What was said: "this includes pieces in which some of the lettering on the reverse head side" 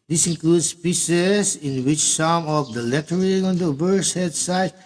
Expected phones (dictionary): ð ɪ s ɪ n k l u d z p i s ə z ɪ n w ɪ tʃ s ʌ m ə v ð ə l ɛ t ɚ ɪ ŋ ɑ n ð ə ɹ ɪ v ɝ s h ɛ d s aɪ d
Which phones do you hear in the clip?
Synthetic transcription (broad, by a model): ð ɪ s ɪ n k l u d s p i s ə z ɪ n w ɪ tʃ s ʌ m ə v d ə l ɛ t ɚ ɪ ŋ ɑ n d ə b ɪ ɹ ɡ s h ɛ d s aɪ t